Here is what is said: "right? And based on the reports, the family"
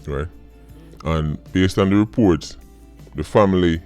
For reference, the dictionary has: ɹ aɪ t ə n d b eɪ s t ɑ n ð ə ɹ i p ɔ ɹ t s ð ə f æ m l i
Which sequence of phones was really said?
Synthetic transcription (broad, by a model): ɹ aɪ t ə n b eɪ s t ɑ n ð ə ɹ i p ɔ ɹ t s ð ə f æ m l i